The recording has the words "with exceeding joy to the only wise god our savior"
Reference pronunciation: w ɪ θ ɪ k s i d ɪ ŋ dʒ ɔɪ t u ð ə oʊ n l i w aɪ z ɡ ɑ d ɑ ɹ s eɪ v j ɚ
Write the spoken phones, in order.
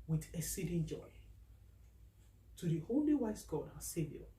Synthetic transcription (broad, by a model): w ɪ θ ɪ s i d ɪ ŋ dʒ ɔɪ t u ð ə oʊ l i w aɪ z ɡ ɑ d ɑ s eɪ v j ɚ